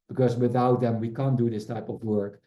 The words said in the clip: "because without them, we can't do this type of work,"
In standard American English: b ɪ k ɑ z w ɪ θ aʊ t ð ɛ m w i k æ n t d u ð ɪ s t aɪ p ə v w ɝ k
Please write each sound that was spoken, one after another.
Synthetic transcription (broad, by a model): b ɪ k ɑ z w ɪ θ aʊ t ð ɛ m w i k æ n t d u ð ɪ s t aɪ p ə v w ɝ k